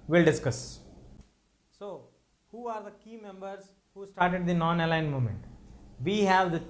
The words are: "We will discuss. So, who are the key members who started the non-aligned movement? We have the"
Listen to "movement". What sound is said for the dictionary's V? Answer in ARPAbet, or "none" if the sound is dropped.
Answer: none